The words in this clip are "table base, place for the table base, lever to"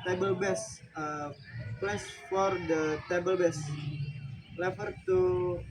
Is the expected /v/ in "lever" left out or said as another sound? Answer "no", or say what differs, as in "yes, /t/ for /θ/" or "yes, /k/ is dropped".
yes, /f/ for /v/